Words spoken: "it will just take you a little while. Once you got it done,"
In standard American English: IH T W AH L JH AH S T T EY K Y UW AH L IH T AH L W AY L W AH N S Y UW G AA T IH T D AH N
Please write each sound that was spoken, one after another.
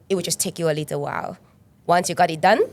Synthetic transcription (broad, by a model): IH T W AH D JH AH S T T EY K Y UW AH L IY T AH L W AY L W AH N S Y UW G AA T IH T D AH N